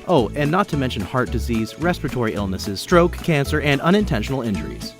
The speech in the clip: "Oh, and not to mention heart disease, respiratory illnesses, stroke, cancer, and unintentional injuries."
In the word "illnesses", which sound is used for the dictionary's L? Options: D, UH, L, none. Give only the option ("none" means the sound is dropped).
L